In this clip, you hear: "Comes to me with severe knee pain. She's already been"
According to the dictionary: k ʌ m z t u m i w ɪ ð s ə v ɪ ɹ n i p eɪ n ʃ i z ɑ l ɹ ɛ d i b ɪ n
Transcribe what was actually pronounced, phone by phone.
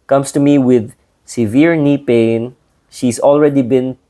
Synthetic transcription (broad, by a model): k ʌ m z t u m i w ɪ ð s ə v ɪ ɹ n i p eɪ n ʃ i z ɑ l ɹ ɛ d i b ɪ n